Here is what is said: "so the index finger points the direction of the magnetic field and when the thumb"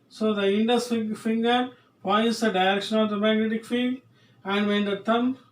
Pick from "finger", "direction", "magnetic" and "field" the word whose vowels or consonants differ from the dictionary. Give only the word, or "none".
field